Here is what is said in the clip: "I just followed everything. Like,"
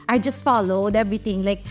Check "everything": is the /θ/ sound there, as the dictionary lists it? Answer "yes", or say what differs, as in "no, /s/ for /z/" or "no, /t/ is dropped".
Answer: no, /t/ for /θ/